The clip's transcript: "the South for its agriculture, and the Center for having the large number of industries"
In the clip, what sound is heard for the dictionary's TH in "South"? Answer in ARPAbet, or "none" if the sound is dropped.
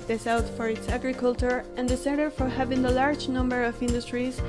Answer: T